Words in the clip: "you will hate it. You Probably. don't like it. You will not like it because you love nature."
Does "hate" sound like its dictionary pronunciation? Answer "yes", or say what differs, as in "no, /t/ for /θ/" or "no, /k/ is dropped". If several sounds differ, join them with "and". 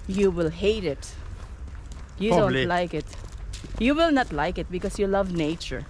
yes